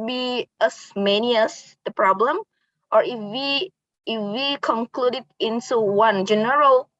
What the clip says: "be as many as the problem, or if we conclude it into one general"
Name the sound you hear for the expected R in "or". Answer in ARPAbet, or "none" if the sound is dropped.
W